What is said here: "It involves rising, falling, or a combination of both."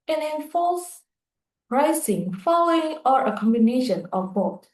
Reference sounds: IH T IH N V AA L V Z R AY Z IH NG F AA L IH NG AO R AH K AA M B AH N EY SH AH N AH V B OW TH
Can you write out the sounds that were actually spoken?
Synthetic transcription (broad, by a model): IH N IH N F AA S R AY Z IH NG F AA L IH NG AO R AH K AA M B AH N EY SH AH N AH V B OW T